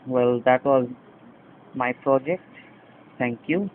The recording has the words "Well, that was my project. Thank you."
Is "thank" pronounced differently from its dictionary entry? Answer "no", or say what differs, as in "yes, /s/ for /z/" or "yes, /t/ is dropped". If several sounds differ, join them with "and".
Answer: yes, /t/ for /θ/